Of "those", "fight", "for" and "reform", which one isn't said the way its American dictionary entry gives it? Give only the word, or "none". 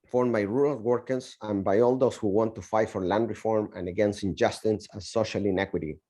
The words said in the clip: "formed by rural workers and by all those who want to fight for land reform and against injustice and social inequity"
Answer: those